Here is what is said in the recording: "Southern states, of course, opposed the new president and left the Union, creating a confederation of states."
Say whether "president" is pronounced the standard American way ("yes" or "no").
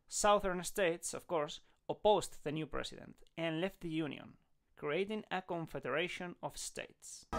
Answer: no